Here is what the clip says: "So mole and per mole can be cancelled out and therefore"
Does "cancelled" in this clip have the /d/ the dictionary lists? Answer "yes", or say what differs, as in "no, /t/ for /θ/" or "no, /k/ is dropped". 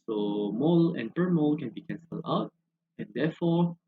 no, /d/ is dropped